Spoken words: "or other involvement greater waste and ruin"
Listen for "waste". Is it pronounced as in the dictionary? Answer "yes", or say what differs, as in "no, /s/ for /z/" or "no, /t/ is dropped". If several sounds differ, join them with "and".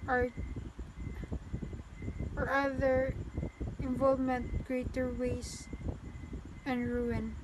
no, /t/ is dropped